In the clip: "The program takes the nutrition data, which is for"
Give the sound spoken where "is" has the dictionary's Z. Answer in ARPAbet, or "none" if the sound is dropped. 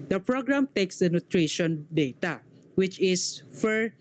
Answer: S